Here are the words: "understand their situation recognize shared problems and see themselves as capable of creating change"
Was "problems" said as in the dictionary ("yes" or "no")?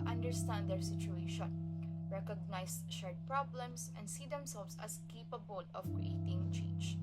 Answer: no